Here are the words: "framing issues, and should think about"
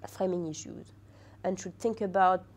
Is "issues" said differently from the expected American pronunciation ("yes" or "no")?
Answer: no